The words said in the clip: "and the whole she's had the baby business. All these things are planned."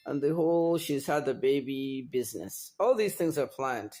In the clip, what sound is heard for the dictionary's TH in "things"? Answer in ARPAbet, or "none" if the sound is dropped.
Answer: TH